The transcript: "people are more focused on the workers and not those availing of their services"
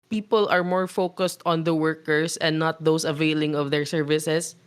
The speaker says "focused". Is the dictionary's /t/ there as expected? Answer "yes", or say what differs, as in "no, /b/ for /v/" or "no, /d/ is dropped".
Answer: yes